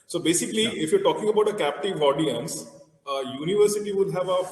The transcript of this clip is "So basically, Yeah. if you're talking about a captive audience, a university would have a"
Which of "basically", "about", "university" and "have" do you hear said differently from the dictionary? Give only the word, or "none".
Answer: none